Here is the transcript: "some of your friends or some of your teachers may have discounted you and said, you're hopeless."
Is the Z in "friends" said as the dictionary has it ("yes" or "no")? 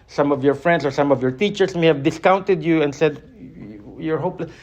no